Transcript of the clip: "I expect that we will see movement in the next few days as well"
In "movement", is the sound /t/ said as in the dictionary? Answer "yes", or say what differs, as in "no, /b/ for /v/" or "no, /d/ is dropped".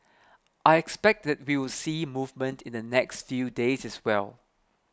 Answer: yes